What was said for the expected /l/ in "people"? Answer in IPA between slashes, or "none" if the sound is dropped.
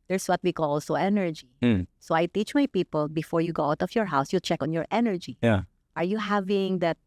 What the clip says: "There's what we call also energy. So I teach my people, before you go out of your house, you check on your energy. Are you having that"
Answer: /l/